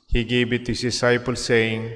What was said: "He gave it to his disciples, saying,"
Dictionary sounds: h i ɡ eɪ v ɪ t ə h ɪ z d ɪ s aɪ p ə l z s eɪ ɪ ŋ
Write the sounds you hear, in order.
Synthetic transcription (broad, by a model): h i ɡ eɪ b ɪ t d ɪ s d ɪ s aɪ p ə l s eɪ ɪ ŋ